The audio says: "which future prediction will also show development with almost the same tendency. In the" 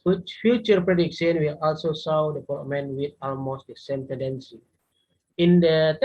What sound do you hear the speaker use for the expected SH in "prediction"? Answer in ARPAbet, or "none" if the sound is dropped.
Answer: S